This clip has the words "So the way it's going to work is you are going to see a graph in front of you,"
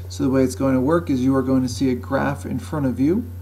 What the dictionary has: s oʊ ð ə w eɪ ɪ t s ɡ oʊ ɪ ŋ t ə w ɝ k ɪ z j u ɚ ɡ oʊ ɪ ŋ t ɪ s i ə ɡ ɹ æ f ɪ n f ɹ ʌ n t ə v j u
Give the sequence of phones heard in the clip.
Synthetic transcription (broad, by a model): s oʊ ð ə w eɪ ɪ t s ɡ oʊ ɪ ŋ t ə w ɝ k ɪ z j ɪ ɚ ɡ oʊ ɪ ŋ t ɪ s i ə ɡ ɹ æ f ɪ n f ɹ ʌ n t ə v j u